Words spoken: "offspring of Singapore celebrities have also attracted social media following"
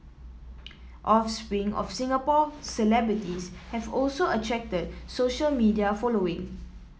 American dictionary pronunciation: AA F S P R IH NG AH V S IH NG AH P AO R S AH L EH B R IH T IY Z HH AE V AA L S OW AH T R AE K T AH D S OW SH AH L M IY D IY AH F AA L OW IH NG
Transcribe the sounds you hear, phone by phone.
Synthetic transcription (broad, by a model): AA F S P R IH NG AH F S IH NG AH P AO S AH L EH B R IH T IY S HH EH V AA L S OW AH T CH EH K T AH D S OW SH AH L M IY D IY AH F AA L OW IH NG